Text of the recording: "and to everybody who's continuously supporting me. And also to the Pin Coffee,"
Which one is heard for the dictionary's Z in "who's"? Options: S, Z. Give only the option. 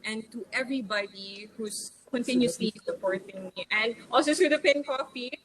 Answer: S